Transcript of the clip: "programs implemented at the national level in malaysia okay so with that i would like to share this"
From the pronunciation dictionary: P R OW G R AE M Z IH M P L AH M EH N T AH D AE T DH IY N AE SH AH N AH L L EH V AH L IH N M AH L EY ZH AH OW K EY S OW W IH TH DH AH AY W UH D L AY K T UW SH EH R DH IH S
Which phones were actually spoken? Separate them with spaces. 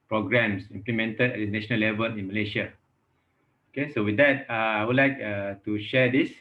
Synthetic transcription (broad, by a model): P R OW G R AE M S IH M P L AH M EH N T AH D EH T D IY N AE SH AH N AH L L EH V AH L IH N M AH L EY SH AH OW K EY S OW W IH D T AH AY W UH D L AY K T UW SH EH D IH S